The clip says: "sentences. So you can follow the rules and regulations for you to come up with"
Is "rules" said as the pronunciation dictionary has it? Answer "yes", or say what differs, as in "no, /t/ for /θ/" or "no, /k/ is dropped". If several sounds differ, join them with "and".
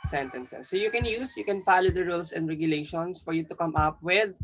no, /s/ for /z/